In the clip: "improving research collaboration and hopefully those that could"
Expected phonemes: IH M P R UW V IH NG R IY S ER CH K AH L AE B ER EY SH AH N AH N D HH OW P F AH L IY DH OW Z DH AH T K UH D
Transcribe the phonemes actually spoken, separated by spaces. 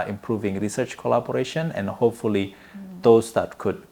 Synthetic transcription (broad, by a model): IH M P R UW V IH NG R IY S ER CH K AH L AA B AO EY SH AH N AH N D HH OW P F AH L IY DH OW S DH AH T K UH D